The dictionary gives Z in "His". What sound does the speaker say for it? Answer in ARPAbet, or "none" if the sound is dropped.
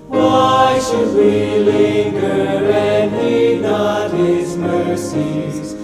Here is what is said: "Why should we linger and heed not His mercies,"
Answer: Z